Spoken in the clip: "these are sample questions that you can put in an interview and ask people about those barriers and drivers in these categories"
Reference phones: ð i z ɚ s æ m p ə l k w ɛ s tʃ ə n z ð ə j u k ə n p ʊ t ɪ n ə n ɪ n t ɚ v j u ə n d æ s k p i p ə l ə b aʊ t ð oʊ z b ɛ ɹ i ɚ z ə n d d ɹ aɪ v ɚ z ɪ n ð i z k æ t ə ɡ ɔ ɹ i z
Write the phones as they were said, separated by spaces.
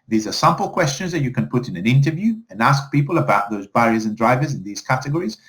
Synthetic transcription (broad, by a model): ð i z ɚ s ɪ m p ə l k w ɛ s tʃ ə n z ð ə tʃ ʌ k ə n p ʊ t ɪ n ə n ɪ n t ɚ v j u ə n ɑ s k p i p ə l ə b aʊ t ð oʊ z b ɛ ɹ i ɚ z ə n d d ɹ aɪ v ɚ z ɪ n ð i z k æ t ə ɡ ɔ ɹ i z